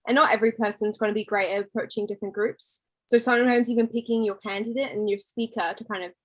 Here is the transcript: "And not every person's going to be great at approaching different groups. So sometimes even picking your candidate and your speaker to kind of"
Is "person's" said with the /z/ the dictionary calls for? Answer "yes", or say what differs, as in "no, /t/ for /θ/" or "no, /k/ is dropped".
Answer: yes